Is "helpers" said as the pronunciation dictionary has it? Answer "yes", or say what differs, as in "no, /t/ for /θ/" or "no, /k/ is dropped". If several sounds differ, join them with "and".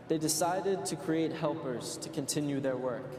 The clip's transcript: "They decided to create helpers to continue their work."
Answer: yes